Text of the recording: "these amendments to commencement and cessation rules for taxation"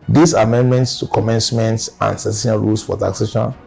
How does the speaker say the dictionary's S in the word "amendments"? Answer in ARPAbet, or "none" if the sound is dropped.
S